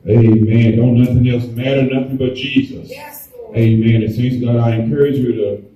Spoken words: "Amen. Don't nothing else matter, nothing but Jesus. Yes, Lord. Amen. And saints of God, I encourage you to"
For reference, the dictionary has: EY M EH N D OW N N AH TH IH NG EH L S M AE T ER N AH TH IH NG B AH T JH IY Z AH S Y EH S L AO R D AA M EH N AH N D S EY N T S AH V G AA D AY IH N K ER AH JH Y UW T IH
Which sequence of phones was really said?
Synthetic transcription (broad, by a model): EY M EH N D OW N N AH TH IH NG EH L S M AE T ER N AH TH IH NG B AH T JH IY Z AH S EH AA M EH N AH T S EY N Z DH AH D AY IH N K ER AH JH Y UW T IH